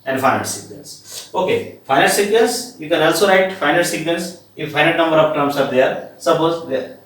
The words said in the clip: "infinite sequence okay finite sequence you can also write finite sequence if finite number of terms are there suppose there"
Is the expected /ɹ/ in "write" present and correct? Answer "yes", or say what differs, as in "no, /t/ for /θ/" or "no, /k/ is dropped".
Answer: yes